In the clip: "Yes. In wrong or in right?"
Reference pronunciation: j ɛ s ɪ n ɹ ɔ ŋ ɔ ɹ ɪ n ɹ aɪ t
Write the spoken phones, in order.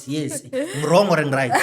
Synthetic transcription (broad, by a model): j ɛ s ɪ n ɹ ɔ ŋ ɔ ɹ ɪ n ɹ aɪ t